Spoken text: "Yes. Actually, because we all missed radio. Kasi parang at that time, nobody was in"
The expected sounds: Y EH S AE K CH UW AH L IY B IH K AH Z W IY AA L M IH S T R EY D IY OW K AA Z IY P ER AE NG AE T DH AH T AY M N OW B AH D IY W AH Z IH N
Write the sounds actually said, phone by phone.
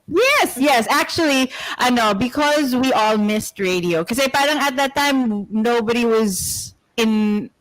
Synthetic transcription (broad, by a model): Y EH S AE K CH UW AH N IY B IH K AH Z W IY AA L M IH S T R EY D IY OW K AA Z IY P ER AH NG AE T DH AH T AY M N OW B AH D IY W AH Z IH N